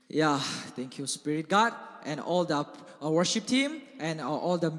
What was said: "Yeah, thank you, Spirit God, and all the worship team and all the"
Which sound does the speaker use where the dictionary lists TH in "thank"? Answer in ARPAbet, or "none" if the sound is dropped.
T